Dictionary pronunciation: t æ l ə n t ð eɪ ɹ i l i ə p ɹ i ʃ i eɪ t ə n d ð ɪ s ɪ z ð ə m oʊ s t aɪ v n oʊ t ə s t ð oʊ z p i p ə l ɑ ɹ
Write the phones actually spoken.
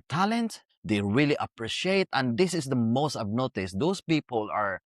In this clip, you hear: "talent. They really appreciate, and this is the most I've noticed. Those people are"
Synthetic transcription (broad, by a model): t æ l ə n t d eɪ ɹ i l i ə p ɹ i ʃ i eɪ t ə n d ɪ s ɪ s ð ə m oʊ s t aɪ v n oʊ t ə s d oʊ s p i p ə l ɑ ɹ